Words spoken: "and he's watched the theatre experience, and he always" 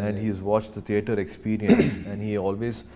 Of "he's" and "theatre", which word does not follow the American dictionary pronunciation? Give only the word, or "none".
theatre